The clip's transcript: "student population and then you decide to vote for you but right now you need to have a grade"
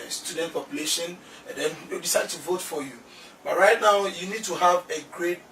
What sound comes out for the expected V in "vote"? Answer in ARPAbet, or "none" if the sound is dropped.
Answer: V